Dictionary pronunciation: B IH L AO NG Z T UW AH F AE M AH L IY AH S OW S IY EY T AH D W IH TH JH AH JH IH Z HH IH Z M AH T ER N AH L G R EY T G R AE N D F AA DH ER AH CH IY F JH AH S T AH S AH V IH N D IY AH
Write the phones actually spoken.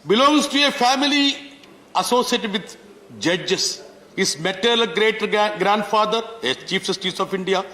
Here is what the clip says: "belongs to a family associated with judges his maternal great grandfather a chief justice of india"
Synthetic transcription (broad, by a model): B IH L AO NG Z T UW AH F AE M AH L IY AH S OW S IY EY T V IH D JH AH JH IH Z HH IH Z M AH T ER L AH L G R EY T G R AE N D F AA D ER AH CH IY F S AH S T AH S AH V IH N D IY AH